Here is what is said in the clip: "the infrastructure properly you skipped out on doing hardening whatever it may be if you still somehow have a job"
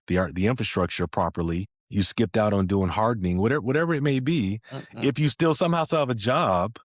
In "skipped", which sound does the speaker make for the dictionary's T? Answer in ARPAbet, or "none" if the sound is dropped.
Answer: T